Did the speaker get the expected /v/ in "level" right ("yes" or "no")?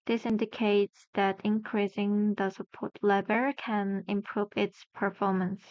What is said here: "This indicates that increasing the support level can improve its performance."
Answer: no